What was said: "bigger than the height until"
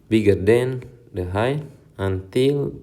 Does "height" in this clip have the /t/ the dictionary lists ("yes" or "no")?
no